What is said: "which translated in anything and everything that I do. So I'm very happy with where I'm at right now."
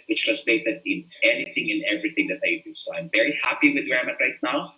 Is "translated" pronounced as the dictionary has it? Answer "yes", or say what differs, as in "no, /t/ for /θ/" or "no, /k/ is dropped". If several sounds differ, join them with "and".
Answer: no, /n/ is dropped